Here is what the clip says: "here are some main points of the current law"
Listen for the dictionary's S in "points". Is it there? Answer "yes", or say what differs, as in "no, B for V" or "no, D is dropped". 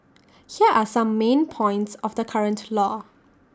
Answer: yes